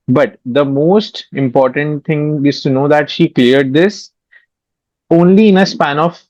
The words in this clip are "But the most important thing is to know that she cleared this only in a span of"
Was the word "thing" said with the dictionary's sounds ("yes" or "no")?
no